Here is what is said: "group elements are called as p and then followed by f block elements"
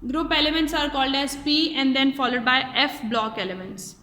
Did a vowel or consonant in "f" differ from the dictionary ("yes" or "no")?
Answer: no